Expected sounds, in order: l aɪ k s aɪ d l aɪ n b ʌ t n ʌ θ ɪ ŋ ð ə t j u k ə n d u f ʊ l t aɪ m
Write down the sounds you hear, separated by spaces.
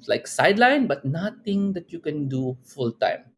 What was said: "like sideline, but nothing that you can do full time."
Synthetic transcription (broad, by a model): l aɪ k s aɪ d l aɪ n b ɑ t n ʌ t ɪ ŋ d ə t j u k ə n d u f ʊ l t aɪ m